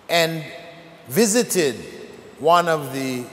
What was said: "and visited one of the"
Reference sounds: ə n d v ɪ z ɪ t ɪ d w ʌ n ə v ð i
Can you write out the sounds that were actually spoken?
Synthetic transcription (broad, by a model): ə n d v ɪ z ɪ t ɪ d w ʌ n ə v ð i